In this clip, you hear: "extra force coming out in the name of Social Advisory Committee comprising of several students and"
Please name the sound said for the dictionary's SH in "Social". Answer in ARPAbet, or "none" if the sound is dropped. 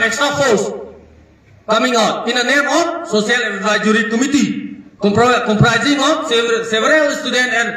S